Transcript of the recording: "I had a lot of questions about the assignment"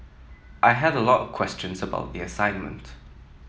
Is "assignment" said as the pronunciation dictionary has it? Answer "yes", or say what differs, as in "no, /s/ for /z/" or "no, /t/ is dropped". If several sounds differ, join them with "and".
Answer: yes